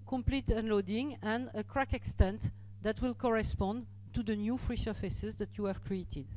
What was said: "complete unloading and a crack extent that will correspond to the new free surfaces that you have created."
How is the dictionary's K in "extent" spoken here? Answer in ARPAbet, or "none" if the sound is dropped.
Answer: K